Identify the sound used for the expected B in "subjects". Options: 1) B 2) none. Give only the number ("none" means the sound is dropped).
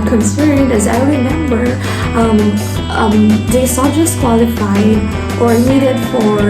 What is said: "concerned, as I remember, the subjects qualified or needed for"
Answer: 2